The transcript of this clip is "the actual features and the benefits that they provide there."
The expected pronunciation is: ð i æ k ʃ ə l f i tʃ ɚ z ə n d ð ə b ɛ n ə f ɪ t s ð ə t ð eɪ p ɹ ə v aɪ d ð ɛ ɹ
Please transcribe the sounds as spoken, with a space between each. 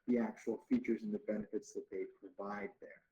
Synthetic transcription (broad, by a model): ð i æ k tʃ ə l f i tʃ ɚ z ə n ð ə b ɛ n ə f ɪ t s ð ə t ð eɪ p ɹ ə v aɪ d ð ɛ ɹ